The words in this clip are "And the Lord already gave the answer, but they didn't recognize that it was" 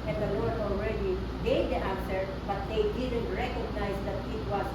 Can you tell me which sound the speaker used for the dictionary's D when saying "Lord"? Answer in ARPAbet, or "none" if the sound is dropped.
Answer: none